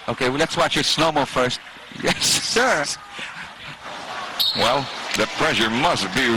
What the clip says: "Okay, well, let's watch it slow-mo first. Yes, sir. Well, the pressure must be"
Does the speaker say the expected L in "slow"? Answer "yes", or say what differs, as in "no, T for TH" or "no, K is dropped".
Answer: no, N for L